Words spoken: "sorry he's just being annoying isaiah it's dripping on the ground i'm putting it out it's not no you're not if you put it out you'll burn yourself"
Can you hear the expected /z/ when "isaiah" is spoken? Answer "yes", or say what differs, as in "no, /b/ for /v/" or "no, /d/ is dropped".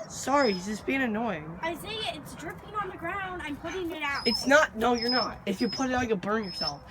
no, /s/ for /z/